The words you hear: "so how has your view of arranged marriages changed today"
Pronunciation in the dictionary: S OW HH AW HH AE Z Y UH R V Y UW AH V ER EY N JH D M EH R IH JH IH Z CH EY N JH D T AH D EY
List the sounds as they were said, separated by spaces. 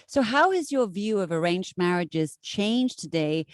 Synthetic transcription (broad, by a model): S OW HH AW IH Z Y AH R V Y UW AH V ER EY N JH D M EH R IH JH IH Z CH EY N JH T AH D EY